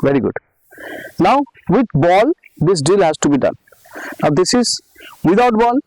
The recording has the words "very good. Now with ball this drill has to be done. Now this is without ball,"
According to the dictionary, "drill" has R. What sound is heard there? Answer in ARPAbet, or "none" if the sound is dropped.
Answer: none